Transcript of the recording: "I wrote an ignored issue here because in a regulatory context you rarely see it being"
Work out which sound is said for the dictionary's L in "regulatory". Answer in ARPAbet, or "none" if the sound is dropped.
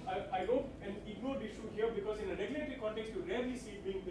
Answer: none